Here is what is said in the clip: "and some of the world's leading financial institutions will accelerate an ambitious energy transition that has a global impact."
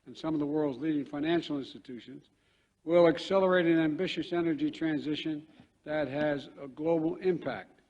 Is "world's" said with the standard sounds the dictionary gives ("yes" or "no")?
yes